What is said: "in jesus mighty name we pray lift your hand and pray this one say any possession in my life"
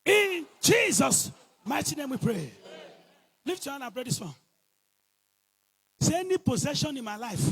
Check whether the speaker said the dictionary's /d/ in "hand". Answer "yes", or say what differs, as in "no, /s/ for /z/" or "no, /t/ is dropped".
no, /d/ is dropped